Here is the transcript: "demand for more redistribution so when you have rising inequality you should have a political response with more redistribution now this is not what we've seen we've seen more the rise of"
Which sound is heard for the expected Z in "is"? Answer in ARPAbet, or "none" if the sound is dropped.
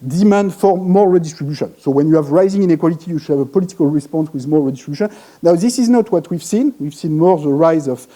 Z